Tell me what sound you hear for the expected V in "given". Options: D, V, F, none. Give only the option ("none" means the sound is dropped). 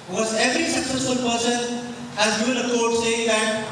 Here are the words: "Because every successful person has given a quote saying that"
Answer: none